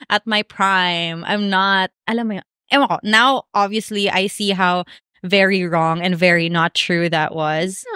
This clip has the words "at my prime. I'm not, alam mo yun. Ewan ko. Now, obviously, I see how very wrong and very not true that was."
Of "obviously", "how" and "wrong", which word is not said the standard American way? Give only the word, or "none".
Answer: none